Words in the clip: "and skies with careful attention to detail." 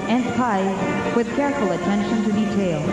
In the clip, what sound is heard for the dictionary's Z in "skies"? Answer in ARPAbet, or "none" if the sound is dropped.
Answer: none